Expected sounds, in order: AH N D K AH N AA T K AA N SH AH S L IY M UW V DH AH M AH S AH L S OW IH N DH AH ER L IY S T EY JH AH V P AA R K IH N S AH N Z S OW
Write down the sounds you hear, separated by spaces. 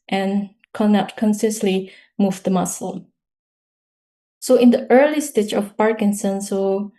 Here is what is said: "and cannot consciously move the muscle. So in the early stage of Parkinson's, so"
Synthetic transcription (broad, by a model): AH N K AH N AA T K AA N S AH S L IY M UW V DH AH M AH S AH L S OW IH N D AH ER L IY S T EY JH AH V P AA R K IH N S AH N S OW